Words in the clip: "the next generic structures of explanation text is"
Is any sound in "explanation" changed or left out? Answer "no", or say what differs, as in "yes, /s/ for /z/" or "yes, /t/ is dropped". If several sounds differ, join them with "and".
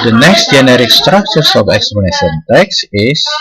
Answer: yes, /l/ is dropped